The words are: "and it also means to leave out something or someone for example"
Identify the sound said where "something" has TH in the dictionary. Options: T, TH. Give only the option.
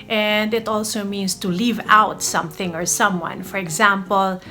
TH